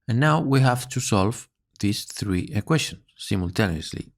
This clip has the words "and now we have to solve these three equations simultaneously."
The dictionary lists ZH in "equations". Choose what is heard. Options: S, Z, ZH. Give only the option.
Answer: S